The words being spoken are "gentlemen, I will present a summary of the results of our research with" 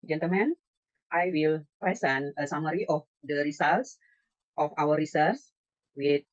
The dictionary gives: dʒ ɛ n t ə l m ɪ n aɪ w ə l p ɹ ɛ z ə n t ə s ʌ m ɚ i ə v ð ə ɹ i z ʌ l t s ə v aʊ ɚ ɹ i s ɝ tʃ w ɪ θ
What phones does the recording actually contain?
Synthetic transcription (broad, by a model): dʒ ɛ n t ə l m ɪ n aɪ w ə l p ɹ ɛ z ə n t ə s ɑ m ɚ i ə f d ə ɹ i s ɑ l t s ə f aʊ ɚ ɹ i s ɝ s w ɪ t